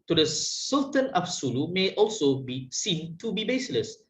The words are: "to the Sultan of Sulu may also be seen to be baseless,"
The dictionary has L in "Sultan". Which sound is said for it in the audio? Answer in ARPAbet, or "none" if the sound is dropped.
L